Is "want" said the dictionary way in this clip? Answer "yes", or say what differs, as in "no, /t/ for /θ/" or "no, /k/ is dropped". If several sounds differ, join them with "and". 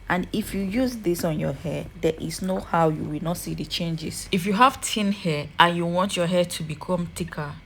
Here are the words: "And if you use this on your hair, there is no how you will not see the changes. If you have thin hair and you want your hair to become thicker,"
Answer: yes